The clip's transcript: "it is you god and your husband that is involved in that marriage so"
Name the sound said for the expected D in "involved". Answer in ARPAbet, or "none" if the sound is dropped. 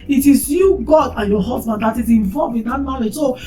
none